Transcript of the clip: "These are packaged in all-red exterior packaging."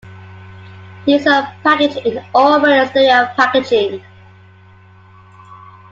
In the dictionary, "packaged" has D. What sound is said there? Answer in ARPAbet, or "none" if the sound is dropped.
none